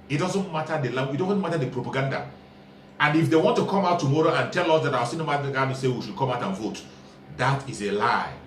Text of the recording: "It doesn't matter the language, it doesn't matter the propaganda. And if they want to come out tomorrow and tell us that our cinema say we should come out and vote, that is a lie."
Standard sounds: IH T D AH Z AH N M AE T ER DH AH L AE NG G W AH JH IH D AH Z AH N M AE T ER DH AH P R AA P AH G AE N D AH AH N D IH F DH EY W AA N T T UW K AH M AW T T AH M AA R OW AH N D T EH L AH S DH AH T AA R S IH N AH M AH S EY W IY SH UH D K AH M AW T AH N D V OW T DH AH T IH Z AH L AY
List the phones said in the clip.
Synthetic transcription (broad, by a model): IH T D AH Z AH N M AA T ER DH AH L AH IH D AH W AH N M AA T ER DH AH P R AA P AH G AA N D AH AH N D IH F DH EY W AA N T T UW K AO M AW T T AH M AA R OW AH N T EH L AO S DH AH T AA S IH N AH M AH S EY W IY SH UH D K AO M AW T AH N V OW T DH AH T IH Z AH L AY